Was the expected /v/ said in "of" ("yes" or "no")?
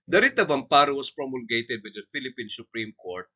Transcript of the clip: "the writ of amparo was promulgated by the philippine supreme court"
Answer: no